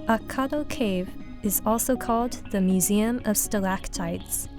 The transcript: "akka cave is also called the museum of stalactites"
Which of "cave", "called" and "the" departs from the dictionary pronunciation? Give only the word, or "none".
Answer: none